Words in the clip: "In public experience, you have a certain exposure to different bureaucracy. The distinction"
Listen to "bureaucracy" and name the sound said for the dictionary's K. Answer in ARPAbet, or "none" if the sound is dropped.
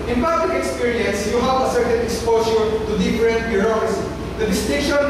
none